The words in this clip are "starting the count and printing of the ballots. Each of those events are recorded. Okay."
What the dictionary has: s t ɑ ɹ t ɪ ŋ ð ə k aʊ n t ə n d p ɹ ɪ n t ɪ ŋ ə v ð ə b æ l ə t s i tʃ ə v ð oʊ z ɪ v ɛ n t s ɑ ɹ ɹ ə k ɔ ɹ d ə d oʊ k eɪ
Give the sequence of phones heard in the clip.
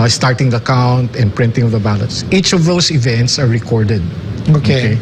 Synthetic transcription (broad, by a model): s t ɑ ɹ t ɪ ŋ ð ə k aʊ n t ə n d p ɹ ɪ n t ɪ ŋ ə v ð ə b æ l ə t s i tʃ ə v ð oʊ s ɪ v ɛ n t s ɑ ɹ ɹ ə k ɔ ɹ d ə d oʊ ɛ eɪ